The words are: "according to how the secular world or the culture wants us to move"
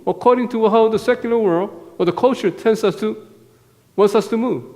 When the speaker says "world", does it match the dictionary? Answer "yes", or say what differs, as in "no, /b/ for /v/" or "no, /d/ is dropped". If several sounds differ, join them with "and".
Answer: yes